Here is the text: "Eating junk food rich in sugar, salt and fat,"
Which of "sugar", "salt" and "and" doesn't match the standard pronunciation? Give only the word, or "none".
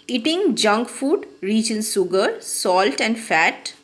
sugar